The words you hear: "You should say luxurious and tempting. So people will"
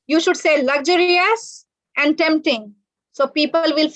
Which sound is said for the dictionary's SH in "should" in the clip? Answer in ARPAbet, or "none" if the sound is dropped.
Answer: SH